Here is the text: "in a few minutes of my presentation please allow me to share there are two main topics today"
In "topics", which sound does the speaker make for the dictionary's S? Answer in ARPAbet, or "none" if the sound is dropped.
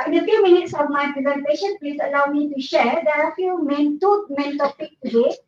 none